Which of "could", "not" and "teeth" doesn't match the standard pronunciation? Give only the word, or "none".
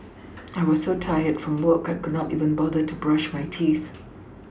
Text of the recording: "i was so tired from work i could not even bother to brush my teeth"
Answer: none